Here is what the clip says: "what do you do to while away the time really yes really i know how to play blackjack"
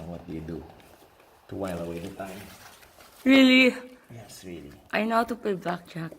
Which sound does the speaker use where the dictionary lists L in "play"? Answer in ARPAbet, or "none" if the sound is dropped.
none